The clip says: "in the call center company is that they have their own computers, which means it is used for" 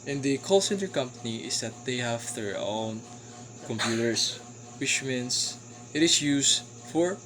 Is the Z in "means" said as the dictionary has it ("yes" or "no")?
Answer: no